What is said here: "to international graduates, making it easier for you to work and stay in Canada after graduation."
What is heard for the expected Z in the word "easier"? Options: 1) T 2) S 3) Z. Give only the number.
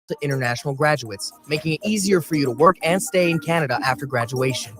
3